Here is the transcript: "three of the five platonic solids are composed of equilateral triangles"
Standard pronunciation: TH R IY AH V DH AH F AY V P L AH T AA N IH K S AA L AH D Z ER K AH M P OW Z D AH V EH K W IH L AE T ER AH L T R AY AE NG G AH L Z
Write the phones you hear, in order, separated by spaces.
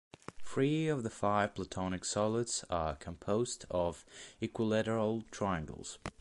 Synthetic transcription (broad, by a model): F R IY AH V DH AH F AY V P L AH T AA N IH K S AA L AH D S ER K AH M P OW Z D AH V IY K W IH L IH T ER L T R AY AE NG G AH L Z